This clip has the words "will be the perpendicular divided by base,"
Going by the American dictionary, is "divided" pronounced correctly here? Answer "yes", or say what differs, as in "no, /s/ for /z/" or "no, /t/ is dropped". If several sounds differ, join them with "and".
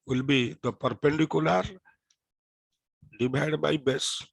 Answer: no, /b/ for /v/